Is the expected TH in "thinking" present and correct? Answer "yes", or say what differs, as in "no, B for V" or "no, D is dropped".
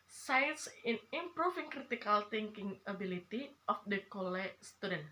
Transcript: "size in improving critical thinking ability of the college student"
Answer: no, T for TH